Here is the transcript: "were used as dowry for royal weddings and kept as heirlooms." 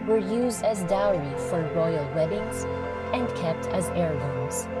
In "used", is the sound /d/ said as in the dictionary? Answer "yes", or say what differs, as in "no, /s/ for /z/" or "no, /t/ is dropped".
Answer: yes